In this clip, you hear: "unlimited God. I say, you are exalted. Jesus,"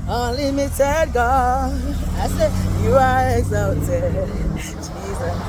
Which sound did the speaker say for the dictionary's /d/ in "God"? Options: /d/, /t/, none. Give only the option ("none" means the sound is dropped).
none